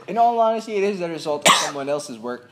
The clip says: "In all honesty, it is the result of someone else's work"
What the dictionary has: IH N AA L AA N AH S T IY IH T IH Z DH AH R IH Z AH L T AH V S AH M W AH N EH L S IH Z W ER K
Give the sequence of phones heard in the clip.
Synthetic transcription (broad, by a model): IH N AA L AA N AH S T IY IH T IH Z DH AH R IH Z AH L T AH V S AH M W AH N EH L S IH Z W ER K